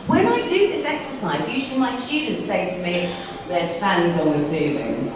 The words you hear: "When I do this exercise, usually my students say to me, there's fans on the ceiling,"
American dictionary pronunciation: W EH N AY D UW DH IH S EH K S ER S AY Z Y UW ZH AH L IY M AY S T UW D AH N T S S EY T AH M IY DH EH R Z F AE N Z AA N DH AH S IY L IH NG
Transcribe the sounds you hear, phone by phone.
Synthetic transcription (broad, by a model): W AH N AY D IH DH IH S EH K S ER S AY Z Y UW ZH AH L IY M AY S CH UW D N T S S EY T AH M IY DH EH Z F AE N Z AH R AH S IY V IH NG